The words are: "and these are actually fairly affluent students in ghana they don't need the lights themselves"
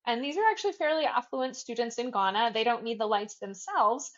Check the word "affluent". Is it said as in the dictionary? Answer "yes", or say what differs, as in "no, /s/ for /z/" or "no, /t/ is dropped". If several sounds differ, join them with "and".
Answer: yes